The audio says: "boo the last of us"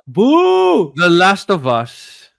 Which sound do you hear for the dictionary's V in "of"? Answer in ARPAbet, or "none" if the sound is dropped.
V